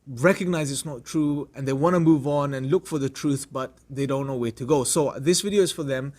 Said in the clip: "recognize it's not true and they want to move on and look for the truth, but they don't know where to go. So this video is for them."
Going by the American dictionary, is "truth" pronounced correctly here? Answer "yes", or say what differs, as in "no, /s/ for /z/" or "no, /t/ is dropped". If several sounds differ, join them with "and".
yes